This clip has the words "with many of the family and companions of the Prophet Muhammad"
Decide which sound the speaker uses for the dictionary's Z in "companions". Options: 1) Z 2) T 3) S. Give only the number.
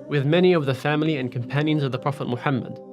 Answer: 1